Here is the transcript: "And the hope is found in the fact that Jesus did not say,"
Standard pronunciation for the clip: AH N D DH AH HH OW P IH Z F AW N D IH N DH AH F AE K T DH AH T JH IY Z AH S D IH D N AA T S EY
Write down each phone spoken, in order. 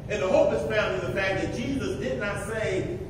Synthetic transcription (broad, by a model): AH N DH AH HH OW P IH S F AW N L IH DH AH F AE K DH AH T JH IY Z AH S D IH D N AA T S EY